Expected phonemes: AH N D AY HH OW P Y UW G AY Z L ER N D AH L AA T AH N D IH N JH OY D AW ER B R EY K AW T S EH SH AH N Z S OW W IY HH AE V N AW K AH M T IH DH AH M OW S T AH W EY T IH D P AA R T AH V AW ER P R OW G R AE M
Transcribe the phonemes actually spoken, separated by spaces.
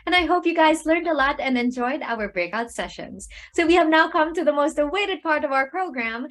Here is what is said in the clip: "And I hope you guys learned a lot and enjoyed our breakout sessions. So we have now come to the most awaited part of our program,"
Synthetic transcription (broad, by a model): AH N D AY HH OW P Y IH G AY Z L ER N D AH L AA T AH N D IH N JH OY D AW ER B R EY K AW T S EH SH AH N Z S OW W IY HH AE V N AW K AH M T IH DH AH M OW S T AH W EY T IH D P AA R T AH V AW ER P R OW G R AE M